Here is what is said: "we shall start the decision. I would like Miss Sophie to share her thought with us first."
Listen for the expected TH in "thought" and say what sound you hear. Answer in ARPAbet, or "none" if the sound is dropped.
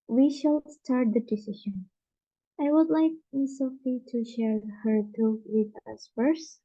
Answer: T